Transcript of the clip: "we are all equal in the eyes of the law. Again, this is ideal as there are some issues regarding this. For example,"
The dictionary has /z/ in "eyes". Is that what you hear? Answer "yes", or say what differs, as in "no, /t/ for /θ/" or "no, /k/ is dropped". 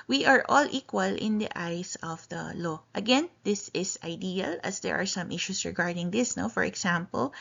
no, /s/ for /z/